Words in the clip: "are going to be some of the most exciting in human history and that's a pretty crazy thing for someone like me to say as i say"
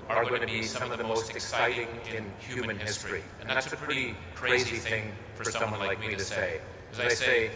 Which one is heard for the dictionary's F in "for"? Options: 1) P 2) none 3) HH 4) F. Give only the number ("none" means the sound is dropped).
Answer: 4